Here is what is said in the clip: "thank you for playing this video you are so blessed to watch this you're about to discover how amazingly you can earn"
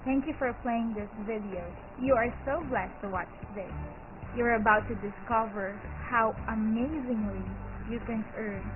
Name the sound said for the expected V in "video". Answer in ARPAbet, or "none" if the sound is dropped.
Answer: V